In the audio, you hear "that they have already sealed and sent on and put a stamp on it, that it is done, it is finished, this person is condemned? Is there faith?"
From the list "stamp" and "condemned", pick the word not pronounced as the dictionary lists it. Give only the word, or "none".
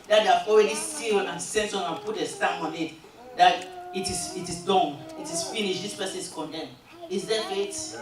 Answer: stamp